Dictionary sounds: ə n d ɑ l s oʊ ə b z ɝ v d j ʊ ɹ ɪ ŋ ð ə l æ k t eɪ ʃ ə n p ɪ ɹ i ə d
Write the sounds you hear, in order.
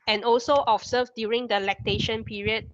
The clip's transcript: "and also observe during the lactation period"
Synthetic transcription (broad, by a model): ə n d ɑ l s oʊ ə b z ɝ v d j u ɹ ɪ ŋ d ə l æ k t eɪ ʃ ə n p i ɹ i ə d